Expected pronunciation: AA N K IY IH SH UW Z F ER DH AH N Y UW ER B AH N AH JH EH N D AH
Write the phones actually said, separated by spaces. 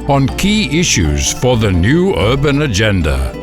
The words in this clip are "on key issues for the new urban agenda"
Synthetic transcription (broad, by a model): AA N K IY IH SH UW Z F ER DH AH N Y UW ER B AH N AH JH EH N D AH